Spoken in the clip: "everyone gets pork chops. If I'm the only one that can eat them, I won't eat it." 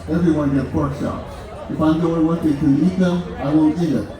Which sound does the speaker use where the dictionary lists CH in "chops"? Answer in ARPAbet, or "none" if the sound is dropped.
SH